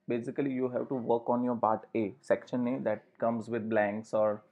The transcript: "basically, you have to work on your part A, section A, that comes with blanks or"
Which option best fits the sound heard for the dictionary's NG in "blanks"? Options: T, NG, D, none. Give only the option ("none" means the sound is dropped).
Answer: NG